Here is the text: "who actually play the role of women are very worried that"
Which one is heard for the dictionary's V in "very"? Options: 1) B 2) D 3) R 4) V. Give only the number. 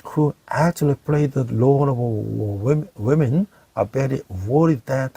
1